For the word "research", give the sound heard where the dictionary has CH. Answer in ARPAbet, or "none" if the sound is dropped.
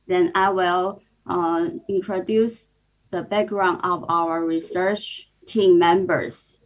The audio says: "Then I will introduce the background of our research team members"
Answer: CH